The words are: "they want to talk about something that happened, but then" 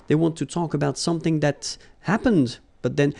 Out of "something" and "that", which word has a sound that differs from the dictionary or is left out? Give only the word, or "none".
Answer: none